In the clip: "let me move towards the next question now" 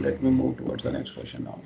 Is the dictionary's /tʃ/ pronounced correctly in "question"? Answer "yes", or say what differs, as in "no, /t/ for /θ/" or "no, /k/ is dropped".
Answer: no, /ʃ/ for /tʃ/